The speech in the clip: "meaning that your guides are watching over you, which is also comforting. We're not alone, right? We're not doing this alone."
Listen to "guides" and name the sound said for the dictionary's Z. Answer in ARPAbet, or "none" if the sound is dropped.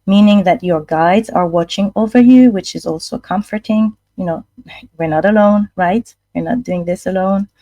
Z